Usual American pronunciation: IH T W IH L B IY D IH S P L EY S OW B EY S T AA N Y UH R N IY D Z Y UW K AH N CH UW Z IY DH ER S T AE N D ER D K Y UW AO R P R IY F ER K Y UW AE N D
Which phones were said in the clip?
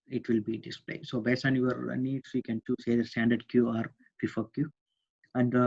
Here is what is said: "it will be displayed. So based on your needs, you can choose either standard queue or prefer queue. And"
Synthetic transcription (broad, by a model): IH T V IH L B IY D IH S P L EY S OW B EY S AA N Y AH R N IY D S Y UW K AH N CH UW S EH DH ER S T AE N D ER D K Y UW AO R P IY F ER K Y UW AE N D